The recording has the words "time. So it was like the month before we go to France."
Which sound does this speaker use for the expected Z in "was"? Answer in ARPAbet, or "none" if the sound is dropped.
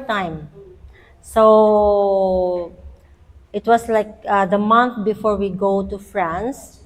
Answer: S